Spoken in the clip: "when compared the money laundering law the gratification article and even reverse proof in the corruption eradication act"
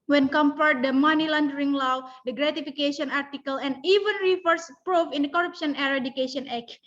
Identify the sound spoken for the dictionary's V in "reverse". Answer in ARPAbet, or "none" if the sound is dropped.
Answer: F